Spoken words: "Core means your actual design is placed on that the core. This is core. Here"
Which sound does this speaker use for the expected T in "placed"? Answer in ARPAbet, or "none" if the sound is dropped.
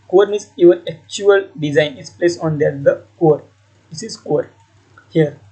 none